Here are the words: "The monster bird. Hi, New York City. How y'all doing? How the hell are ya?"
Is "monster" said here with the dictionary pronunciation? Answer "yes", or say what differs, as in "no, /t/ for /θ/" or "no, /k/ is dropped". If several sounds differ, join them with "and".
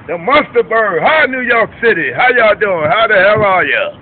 no, /n/ is dropped